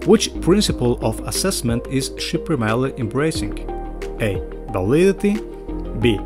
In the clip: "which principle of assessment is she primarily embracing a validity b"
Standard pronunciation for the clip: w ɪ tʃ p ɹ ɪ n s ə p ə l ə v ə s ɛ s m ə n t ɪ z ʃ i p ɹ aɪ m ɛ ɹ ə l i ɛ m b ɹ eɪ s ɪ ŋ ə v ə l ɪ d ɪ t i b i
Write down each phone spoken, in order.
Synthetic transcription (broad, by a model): w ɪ tʃ p ɹ ɪ n s ə p ə l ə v ə s ɛ s m ə n t ɪ z ʃ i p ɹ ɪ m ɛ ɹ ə l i ɛ m b ɹ eɪ s ɪ ŋ ə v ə l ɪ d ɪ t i b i